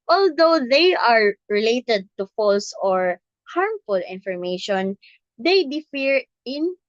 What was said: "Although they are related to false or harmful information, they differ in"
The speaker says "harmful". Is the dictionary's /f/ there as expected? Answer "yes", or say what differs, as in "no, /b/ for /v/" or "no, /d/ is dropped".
yes